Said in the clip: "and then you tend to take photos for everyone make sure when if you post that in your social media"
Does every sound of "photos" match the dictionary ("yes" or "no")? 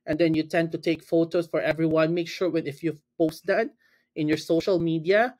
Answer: no